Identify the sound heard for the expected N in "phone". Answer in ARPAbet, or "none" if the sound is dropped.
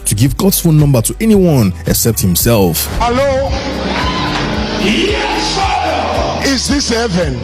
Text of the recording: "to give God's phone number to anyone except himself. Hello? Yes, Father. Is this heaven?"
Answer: L